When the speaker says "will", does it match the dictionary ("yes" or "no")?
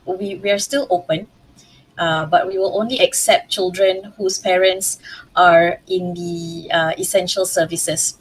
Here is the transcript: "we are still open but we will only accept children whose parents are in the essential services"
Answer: yes